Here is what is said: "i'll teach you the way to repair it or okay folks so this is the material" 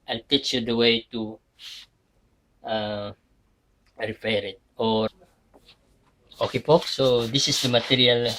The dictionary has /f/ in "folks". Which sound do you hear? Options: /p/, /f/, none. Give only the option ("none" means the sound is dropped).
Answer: /p/